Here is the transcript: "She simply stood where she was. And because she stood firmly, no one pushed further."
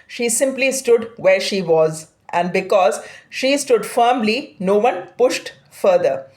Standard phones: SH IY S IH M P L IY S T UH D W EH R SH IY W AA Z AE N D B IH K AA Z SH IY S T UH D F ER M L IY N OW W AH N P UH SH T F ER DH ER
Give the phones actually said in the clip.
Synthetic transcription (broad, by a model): SH IY S IH M P L IY S T UH D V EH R SH IY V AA Z AE N D B IH K AA Z SH IY S T UH D F ER M L IY N OW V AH N P UH SH T F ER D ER